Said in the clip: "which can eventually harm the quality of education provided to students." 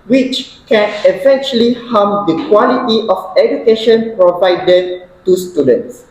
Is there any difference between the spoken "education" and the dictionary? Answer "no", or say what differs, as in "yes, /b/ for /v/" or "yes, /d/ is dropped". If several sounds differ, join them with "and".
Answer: no